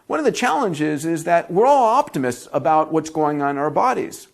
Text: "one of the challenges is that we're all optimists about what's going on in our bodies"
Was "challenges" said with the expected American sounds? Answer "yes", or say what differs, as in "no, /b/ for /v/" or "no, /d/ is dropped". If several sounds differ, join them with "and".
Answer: yes